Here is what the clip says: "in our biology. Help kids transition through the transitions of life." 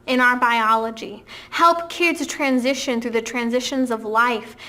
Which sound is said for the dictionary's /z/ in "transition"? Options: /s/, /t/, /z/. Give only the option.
/z/